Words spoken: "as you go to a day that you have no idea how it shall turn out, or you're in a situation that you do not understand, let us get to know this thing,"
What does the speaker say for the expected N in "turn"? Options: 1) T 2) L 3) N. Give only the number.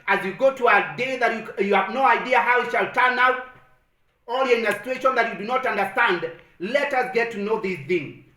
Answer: 3